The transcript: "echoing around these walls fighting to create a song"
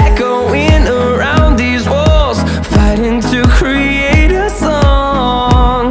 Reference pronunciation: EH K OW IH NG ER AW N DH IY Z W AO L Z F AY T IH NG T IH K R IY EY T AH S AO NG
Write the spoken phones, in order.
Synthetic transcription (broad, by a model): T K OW IH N ER AW N DH IY Z W AO L Z F AY T IH NG T IH K R IY EY T AH S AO NG